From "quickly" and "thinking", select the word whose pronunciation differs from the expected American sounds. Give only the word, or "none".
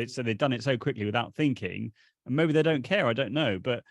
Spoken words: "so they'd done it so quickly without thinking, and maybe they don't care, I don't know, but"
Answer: none